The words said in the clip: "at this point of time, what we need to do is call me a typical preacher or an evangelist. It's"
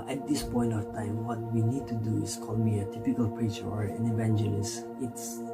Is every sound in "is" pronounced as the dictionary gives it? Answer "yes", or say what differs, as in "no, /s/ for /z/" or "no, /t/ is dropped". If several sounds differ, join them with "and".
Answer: no, /s/ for /z/